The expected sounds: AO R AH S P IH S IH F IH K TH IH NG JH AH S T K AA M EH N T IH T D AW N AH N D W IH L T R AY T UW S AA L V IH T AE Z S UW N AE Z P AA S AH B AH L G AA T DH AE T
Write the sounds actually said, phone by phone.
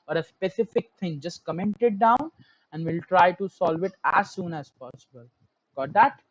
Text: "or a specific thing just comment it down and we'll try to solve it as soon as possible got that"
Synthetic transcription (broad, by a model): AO R AH S P IH S IH F IH K T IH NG JH AH S T K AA M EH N T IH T D AW N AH N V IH L T R AY T UW S AA L V IH T AE Z S UW N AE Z P AA S AH B AH L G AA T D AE T